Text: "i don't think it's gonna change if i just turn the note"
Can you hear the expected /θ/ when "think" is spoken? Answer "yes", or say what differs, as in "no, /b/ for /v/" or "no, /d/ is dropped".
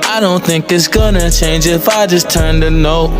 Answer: yes